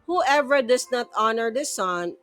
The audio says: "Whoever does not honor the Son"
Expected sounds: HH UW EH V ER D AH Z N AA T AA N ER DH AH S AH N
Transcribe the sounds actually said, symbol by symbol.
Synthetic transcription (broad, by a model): HH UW EH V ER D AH S N AA T AA N ER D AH S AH N